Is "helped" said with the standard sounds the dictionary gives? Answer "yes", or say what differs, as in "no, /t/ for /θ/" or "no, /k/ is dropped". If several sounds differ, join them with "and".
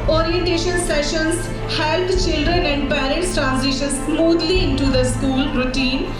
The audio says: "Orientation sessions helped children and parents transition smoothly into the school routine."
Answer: no, /p/ is dropped